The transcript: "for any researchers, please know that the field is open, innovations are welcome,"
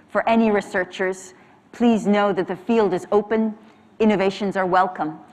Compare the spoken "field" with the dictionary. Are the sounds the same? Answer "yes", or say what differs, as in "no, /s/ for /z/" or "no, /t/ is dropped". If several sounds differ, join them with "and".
yes